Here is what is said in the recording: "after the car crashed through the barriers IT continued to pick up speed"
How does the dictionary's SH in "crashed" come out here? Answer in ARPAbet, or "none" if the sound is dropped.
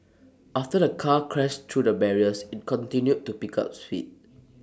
S